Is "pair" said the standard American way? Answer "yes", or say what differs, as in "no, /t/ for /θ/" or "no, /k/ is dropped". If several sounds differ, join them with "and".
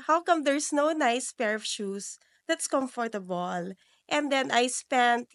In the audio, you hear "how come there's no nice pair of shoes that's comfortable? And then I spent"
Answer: yes